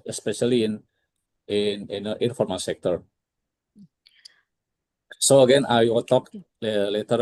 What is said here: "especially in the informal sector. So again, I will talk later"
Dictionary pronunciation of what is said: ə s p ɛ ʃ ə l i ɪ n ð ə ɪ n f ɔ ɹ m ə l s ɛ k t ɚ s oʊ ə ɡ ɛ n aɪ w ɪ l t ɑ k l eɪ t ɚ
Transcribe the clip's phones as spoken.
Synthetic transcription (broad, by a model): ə s p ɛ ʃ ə l i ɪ n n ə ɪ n f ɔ ɹ m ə n s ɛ k t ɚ s oʊ ə ɡ ɛ n aɪ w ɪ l t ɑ k l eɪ t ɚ